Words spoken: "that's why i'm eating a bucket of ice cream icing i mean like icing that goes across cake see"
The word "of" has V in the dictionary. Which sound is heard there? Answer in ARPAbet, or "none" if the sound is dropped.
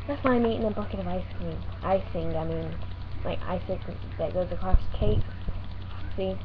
V